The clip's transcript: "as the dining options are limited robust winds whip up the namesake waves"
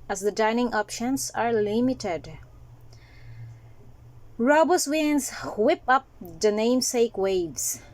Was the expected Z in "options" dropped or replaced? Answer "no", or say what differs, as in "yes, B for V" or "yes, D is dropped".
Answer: yes, S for Z